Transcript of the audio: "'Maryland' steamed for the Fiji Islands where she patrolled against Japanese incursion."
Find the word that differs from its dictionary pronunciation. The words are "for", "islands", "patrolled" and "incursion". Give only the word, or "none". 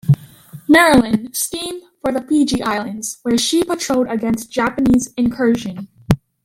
patrolled